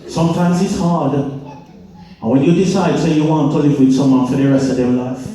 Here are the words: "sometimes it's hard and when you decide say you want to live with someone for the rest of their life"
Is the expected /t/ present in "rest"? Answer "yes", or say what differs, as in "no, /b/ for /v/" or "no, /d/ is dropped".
no, /t/ is dropped